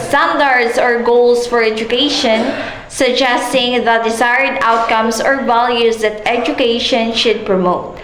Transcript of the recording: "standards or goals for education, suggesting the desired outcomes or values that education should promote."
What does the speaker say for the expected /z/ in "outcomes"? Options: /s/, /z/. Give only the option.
/s/